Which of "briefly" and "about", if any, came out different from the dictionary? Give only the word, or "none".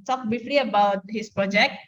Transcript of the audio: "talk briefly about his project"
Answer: briefly